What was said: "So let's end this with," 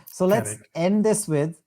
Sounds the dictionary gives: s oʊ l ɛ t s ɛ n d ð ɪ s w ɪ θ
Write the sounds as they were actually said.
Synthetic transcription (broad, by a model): s oʊ l ɛ t s ɛ n d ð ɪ s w ɪ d